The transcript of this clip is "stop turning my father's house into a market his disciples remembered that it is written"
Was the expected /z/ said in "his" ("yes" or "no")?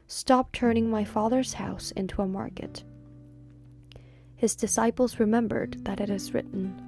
yes